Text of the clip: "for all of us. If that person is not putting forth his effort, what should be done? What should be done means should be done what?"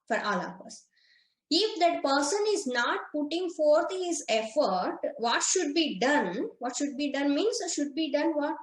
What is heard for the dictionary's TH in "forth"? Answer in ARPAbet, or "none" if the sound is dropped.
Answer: T